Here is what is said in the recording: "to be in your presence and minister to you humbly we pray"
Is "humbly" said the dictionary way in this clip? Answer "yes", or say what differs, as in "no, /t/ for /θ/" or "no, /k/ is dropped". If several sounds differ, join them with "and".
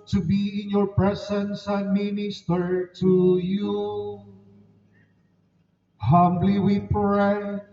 yes